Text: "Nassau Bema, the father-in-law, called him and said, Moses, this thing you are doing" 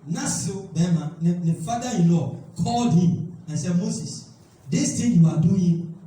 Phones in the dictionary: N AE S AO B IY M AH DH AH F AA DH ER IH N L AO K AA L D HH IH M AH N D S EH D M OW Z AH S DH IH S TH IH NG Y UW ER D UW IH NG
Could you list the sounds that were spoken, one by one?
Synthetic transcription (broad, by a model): N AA S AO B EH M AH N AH F AA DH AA IH N L AO K AA L D HH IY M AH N S EH D M OW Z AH S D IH S T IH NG Y UW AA D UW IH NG